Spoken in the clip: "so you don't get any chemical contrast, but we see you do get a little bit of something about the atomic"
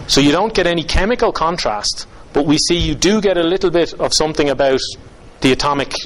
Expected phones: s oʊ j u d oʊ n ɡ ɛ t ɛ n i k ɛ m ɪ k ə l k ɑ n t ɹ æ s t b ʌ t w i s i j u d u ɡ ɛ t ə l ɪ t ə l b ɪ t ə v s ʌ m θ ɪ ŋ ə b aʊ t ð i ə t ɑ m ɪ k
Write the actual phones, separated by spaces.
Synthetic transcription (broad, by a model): s oʊ j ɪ d oʊ n ɡ ɛ t ɛ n i k ɛ m ɪ k ə l k ɑ n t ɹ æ s t b ʌ t w i s i j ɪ d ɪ ɡ ɛ t ə l ɪ t l b ɪ t ə v s ʌ m θ ɪ ŋ ə b aʊ t ð i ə t ɑ m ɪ k